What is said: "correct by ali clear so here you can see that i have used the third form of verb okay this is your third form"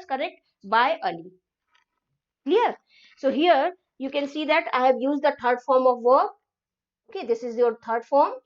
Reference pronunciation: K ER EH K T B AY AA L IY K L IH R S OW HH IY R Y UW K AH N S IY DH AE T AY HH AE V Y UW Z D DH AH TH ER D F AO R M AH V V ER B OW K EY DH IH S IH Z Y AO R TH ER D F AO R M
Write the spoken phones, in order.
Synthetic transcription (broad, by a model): K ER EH K T B AY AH L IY K L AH R S OW HH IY R Y UW K AH N S IY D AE T AY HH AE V Y UW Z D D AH T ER D F AO R M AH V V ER OW K EY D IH S IH Z Y AO R T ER D F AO R M